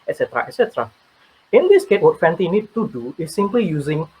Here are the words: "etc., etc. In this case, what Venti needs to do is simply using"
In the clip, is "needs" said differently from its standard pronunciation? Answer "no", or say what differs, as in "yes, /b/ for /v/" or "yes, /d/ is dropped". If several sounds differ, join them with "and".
yes, /z/ is dropped